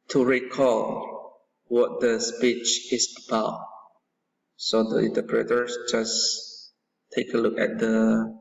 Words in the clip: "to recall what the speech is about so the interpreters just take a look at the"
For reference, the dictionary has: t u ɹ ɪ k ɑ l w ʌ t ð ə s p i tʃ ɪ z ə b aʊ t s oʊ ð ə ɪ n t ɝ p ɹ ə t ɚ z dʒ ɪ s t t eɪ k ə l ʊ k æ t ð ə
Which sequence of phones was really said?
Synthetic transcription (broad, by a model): t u ɹ ɪ k ɑ l w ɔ t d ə s p i tʃ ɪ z ə b aʊ t s oʊ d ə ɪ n t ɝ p ɹ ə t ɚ s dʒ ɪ s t t eɪ k ə l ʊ k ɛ t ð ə